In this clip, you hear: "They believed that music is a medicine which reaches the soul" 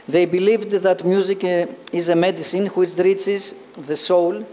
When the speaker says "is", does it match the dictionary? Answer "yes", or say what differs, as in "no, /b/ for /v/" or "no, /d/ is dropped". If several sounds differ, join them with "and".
yes